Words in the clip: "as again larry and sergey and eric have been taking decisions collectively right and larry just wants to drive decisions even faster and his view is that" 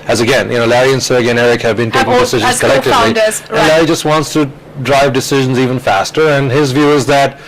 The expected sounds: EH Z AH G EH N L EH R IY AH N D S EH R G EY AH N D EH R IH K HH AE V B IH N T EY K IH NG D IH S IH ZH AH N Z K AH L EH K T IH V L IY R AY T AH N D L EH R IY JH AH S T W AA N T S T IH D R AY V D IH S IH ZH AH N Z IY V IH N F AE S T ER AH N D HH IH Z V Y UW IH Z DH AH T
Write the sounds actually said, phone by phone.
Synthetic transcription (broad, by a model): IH Z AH G EH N L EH R IY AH N S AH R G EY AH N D EH R IH K HH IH V B IH N T EY K IH NG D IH S IH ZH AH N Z K AH L EH K T IH V L IY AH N L EH R IY JH AH S T W AA N T S T IH D R AY V D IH S IH ZH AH N Z IY V IH N F AE S T ER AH N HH IH Z V Y UW IH Z DH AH T